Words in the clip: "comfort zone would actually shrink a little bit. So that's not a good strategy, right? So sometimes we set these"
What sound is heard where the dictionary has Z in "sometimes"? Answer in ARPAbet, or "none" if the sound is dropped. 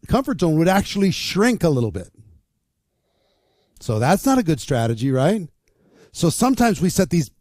Z